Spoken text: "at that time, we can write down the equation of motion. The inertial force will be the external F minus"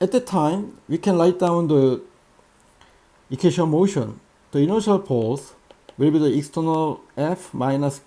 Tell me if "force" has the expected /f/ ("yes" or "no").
no